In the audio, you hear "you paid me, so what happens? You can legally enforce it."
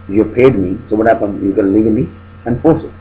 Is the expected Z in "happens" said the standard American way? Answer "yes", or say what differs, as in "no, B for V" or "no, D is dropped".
no, Z is dropped